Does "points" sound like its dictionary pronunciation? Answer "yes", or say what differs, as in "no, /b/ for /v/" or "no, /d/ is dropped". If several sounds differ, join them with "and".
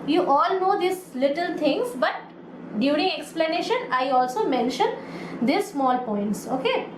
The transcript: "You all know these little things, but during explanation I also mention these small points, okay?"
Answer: yes